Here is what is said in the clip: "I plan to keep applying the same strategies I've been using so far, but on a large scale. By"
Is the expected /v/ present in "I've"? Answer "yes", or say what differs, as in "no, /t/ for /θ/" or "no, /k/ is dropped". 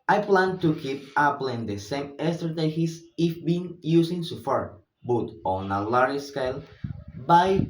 no, /f/ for /v/